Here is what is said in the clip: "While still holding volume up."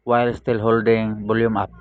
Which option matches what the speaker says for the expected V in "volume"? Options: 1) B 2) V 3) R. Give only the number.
1